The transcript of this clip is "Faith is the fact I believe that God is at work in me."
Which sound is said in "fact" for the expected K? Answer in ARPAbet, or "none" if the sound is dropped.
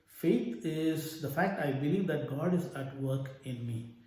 K